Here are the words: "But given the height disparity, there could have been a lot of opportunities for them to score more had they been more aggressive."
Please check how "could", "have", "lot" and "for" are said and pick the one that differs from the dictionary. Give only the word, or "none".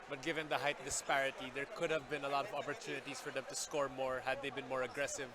none